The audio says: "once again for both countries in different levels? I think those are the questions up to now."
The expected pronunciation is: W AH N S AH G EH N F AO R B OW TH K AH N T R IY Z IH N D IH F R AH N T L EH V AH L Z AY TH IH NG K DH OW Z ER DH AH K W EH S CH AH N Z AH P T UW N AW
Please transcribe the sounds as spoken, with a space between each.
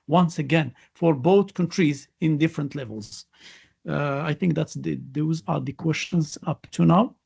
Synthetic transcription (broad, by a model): W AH N S AH G EH N F AO R B OW TH K AH N T R IY Z IH N D IH F R AH N T L EH V AH L Z AY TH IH NG K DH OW Z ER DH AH K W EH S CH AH N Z AH P T UW N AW